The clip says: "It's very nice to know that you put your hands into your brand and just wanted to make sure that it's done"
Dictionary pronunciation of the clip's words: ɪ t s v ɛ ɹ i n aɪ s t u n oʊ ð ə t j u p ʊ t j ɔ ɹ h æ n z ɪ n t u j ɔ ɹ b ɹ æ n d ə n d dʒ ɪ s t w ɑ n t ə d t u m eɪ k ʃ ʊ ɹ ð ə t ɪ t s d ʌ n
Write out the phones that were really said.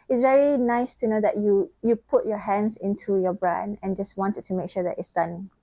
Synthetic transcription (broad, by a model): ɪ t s v ɛ ɹ i n aɪ s t u n oʊ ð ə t j u p ʊ t j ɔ h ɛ n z ɪ n t u j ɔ b ɹ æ n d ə n dʒ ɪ s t w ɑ n t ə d t u m eɪ k ʃ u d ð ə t ɪ t s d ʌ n